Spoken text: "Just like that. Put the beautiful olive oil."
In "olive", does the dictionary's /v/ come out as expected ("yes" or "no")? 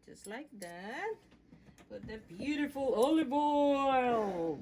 no